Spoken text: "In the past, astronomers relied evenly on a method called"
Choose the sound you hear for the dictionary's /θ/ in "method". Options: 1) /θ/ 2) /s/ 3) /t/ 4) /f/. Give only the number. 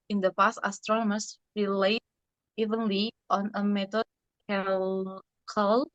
3